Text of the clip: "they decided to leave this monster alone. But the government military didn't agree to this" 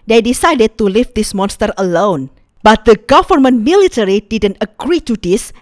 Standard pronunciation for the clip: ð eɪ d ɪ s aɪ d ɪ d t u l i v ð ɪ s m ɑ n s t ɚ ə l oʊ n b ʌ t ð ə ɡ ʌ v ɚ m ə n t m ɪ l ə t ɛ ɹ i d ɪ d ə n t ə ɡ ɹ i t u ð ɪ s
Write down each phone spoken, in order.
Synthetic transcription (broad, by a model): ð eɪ d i s aɪ d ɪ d t u l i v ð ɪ s m ɑ n s t ɚ ə l oʊ n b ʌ t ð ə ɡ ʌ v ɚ m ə n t m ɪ l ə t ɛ ɹ i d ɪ d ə n t ə ɡ ɹ i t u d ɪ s